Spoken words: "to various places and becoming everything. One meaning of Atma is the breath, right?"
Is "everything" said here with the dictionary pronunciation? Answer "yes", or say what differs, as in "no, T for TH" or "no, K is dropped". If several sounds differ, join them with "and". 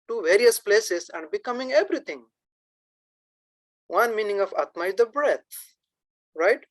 no, T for TH